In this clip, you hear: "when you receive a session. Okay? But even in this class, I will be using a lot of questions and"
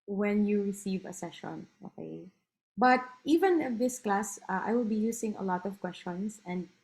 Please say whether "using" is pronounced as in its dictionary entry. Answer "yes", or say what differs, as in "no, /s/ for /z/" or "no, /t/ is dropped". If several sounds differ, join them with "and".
no, /s/ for /z/